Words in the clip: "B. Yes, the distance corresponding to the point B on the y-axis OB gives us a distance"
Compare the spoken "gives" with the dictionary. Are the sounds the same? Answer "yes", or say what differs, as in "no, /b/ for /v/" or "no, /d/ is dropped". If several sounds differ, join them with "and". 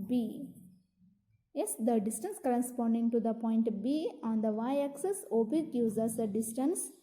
no, /v/ is dropped